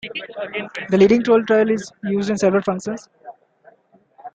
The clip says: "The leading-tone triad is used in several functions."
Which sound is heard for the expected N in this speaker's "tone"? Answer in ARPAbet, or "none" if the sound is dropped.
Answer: L